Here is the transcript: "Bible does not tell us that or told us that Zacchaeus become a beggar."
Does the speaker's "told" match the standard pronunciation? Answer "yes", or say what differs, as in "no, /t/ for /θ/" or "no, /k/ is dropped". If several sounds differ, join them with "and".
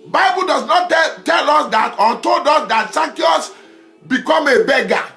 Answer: yes